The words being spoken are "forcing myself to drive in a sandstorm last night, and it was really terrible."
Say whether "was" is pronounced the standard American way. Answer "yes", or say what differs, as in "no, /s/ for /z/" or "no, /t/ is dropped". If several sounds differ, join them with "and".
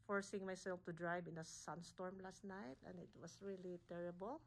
no, /s/ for /z/